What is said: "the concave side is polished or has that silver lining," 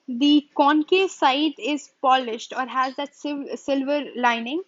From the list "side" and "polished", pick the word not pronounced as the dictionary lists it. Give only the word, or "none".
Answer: none